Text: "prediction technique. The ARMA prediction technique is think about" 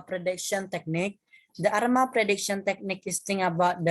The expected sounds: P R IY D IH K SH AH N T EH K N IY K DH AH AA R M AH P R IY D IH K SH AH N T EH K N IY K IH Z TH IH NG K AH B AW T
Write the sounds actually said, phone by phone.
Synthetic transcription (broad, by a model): P R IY D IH K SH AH N T EH K N IY K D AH AA R M AH P R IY D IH K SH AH N T EH K N IY K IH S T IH NG AH B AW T